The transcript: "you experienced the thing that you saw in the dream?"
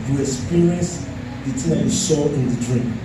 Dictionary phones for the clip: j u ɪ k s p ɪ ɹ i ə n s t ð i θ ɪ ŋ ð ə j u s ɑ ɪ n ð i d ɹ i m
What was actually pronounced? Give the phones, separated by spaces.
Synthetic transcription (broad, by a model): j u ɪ k s p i ɹ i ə n s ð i t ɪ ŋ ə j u ʃ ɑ ɪ n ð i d ɹ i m